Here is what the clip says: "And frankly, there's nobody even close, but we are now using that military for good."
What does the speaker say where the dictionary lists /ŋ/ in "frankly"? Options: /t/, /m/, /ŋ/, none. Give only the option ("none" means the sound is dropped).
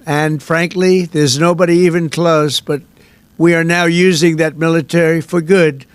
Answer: /ŋ/